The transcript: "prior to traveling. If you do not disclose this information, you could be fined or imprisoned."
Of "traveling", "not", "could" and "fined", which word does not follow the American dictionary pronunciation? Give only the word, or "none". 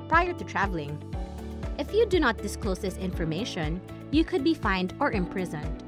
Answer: none